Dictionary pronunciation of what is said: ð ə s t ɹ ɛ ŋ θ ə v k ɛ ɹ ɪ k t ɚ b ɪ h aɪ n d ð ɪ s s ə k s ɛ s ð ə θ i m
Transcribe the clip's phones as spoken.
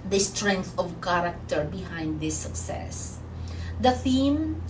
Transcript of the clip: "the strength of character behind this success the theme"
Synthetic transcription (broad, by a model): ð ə s t ɹ ɛ ŋ θ ə v k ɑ ɹ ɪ k t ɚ b ɪ h aɪ n d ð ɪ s s ə k s ɛ s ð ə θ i m